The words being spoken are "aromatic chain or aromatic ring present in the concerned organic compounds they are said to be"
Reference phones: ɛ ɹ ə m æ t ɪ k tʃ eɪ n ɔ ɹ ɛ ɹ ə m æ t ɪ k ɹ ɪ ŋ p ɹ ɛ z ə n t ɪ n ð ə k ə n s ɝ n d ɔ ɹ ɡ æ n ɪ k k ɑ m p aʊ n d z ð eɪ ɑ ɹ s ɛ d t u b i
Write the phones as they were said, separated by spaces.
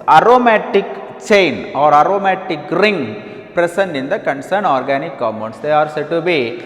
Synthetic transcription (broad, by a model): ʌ ɹ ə m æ t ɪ k tʃ eɪ n ɔ ɹ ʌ ɹ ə m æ t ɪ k ɹ ɪ ŋ p ɹ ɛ s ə n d ɪ n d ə k ə n s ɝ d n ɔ ɹ ɡ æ n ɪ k k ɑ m ʌ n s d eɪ ɑ ɹ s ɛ t u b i